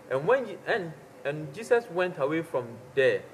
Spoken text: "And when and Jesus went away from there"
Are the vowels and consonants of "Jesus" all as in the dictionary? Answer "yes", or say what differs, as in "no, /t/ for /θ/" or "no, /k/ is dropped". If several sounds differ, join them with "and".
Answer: no, /s/ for /z/